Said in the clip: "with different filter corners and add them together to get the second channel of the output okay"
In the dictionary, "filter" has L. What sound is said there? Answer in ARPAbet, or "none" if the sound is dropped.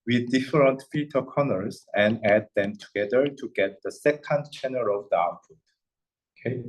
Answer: none